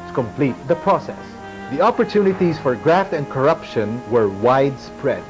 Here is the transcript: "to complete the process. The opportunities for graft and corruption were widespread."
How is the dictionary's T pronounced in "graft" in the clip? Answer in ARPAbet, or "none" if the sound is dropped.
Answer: T